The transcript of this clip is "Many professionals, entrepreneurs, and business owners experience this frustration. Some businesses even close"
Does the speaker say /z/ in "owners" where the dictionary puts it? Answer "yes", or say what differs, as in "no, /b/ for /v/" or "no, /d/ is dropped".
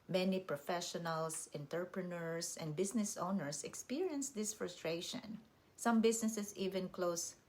no, /s/ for /z/